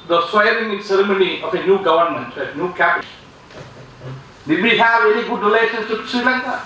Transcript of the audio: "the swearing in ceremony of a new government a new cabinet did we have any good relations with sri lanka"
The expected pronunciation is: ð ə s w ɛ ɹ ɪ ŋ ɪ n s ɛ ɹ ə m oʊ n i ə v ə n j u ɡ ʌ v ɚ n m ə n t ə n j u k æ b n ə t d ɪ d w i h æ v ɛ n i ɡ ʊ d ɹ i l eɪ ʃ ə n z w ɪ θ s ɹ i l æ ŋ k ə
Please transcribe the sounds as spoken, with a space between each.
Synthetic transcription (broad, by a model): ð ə s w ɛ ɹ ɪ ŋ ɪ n s ɛ ɹ ə m oʊ n i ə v ə n j u ɡ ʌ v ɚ n m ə n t ə n j u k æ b ə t d ɪ d w i h æ v ɛ n i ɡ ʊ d ɹ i l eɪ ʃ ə n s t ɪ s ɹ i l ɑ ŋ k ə